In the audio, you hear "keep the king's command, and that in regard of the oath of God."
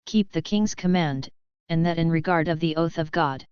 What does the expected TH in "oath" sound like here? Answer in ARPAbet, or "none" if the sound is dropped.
TH